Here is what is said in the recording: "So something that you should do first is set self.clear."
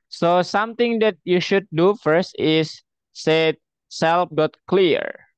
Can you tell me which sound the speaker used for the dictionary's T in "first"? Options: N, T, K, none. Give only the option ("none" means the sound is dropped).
T